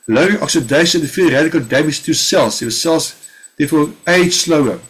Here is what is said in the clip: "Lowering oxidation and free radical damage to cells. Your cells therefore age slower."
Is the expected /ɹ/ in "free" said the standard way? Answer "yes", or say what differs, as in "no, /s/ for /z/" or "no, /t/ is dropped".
no, /ɹ/ is dropped